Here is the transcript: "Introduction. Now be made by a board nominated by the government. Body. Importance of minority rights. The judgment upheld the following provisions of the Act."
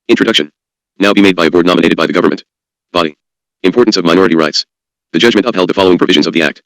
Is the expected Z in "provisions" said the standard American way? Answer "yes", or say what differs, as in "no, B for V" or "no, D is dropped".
yes